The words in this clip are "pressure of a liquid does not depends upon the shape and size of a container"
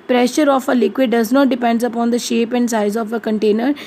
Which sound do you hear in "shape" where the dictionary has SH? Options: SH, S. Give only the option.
SH